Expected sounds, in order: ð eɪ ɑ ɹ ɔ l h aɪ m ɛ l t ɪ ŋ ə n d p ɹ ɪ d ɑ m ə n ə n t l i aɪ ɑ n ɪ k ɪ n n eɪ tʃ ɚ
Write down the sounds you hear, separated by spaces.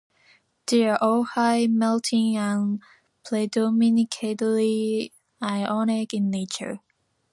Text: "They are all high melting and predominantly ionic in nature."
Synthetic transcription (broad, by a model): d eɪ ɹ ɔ h aɪ m ɛ l t ɪ ŋ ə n p l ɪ d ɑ m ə n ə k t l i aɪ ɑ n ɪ k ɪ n n eɪ tʃ ɚ